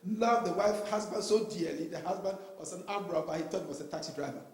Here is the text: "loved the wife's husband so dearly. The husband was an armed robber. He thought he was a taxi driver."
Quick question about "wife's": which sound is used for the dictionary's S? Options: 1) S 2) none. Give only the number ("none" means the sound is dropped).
2